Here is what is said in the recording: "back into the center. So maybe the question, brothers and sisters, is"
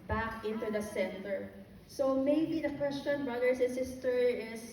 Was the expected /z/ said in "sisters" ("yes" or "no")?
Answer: no